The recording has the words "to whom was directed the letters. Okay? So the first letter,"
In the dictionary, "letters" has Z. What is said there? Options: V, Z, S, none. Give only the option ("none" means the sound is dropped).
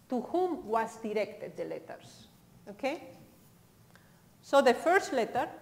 S